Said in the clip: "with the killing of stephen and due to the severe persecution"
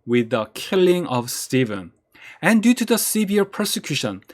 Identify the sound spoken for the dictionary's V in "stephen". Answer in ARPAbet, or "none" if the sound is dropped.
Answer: V